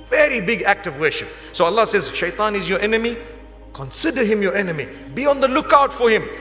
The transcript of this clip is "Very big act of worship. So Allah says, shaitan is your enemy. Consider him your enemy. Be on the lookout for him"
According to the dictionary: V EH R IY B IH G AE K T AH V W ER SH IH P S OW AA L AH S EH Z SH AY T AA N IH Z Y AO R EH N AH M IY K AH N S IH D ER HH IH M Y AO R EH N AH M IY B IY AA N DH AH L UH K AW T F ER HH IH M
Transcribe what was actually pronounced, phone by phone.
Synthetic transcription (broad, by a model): V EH R IY B IH G AE K T AH V W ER SH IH P S OW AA L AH S EH Z SH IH T AA N IH Z Y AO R EH N AH M IY K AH N S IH D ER HH IH M Y AO R EH N AH M IY B IY AA N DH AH L UH K AW T F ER HH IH M